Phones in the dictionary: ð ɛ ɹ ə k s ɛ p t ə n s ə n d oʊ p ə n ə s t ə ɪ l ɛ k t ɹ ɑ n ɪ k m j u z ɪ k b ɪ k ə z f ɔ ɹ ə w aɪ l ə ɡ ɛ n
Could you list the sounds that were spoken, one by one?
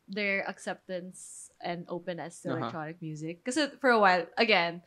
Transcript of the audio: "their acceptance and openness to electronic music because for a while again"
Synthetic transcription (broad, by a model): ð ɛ ɹ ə k s ɛ p t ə n s ə n d oʊ p ə n ə s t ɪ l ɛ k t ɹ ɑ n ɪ k m j u z ɪ k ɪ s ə f ɔ ɹ ə w aɪ l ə ɡ ɛ n